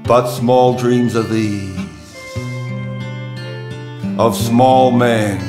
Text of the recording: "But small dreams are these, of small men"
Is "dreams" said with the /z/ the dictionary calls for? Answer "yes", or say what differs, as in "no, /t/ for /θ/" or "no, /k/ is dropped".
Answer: yes